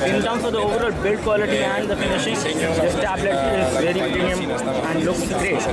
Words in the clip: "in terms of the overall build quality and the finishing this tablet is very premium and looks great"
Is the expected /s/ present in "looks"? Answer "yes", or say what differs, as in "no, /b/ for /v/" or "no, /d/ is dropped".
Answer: no, /s/ is dropped